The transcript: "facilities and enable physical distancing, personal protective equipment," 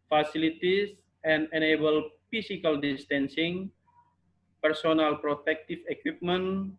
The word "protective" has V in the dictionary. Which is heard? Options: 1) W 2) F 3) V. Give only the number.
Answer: 2